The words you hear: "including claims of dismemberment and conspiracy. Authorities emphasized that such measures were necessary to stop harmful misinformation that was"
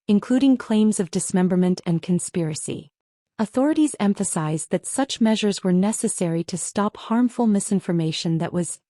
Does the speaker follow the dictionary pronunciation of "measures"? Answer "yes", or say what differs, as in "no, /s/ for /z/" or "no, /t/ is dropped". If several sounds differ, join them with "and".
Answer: yes